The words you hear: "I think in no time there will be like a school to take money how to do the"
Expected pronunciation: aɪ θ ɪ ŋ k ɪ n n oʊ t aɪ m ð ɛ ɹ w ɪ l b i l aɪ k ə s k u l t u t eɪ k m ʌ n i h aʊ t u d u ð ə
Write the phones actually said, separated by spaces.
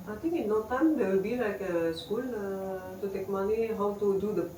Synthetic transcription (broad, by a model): aɪ t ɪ ŋ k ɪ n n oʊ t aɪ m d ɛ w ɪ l b i l aɪ k ə s k u l t u t eɪ k m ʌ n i h aʊ t u d u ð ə